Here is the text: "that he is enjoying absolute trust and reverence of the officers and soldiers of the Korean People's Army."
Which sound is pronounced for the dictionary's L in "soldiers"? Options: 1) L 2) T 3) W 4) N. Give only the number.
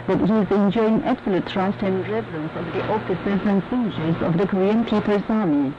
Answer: 4